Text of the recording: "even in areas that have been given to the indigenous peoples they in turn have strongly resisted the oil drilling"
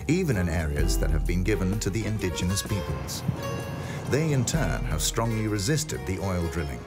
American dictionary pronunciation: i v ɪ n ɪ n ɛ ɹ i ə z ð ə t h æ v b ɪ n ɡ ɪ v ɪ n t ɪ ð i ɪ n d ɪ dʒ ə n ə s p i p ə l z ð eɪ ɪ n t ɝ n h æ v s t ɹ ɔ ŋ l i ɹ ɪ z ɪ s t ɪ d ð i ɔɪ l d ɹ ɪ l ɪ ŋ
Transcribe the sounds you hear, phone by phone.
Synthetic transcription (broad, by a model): i v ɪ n ɪ n ɛ ɹ i ə z ð ə t h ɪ v b ɪ n ɡ ɪ v ɪ n t ɪ ð i ɪ n d ɪ dʒ ə n ə s p i p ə l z ð eɪ ɪ n t ɝ n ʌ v s t ɹ ɔ ŋ l i ɹ ɪ z ɪ s t ɪ d ð i ɔɪ l d ɹ ɪ l ɪ ŋ